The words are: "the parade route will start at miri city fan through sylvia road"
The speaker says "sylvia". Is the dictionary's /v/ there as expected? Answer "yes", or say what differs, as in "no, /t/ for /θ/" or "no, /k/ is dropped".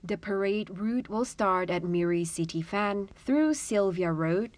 yes